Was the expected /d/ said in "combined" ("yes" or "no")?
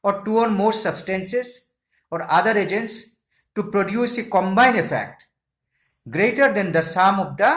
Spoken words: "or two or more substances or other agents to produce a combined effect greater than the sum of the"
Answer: no